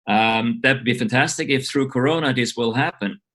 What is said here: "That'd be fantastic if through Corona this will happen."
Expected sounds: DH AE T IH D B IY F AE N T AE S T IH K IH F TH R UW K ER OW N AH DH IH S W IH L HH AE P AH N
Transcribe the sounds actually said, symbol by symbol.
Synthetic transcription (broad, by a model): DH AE T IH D B IY F AE N T AE S T IH K IH F TH R UW K ER OW N AH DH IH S W IH L HH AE P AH N